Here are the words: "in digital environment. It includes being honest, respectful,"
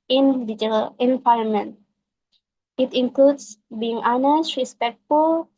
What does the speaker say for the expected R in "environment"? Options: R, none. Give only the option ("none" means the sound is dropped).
none